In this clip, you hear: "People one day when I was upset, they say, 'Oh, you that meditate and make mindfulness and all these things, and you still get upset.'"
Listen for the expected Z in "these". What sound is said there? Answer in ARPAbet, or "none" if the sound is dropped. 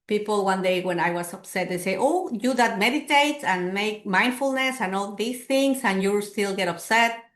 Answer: S